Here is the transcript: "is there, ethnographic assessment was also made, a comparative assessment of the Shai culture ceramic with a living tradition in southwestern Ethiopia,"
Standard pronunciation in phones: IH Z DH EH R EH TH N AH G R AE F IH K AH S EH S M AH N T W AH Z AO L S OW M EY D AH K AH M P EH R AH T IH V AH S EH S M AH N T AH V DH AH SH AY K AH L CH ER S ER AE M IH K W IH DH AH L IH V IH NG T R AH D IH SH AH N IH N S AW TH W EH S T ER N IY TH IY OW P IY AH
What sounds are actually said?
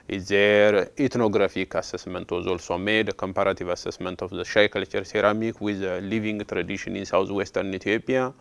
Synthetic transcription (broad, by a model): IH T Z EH R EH T N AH G R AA F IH K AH S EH S M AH N T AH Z AO L S OW M EY D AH K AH M P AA R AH T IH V AH S EH S M AH N T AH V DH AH SH AY K AH L CH ER S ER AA M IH K W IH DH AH L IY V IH NG T R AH D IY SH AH N IH N S AW T W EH S T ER N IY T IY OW P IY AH